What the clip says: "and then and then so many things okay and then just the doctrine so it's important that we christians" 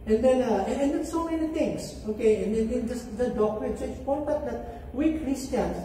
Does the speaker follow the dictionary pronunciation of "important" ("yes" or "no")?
no